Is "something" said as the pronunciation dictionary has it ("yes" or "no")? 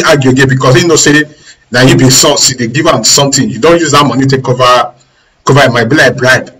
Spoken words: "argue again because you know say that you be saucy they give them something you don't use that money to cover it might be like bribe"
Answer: no